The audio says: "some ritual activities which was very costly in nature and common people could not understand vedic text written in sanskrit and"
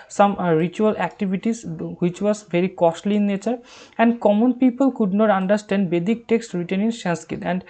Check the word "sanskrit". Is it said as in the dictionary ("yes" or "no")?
no